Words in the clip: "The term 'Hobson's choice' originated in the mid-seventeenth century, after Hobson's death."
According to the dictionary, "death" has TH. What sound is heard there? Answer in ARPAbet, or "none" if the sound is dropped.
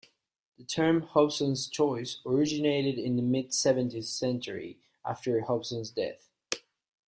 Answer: TH